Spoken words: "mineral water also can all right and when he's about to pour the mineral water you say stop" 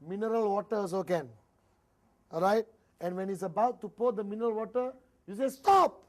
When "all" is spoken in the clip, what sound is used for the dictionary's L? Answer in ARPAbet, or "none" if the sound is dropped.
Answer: N